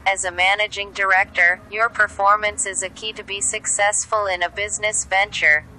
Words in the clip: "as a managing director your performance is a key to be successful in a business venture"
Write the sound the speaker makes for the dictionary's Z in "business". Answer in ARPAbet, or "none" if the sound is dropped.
Z